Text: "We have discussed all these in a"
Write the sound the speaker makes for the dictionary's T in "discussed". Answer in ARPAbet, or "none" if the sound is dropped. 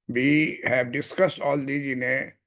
T